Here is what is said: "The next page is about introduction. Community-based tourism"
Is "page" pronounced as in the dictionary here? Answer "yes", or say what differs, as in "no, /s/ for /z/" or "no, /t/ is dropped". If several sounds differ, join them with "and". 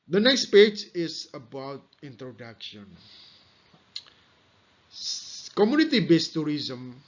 yes